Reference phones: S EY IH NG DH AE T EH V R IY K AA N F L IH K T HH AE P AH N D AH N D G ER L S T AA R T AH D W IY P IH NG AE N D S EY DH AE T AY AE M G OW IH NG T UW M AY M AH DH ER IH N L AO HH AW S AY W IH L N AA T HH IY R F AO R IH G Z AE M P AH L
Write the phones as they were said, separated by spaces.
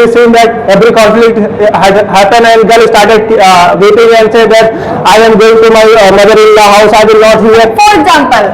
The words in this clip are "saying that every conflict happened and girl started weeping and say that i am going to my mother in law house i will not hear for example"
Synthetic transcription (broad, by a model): S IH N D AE T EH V R IY K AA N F L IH K T HH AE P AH N AH N D G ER L S T AA R T AH D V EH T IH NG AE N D S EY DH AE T AY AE M G OW IH NG T UW M AY M AH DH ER IH N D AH HH AW S AY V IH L N AA T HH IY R F AO R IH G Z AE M P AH L